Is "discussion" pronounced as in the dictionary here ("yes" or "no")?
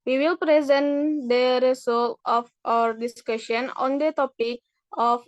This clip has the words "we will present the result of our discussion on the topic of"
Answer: yes